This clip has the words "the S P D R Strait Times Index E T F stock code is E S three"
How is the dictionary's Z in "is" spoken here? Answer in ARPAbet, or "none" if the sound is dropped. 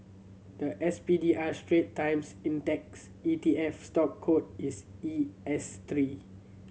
S